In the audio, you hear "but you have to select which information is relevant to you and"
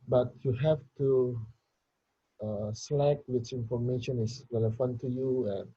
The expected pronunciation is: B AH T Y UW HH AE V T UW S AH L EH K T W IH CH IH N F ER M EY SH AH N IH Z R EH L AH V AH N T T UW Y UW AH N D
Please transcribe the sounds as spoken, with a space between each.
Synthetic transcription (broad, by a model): B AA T Y UW HH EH F T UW S L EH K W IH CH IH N F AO M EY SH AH N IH S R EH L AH F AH N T T UW Y UW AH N